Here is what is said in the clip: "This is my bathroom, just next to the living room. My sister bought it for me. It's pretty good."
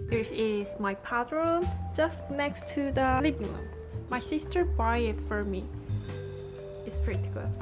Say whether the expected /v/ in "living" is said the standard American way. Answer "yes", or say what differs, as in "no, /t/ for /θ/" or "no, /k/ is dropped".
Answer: no, /b/ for /v/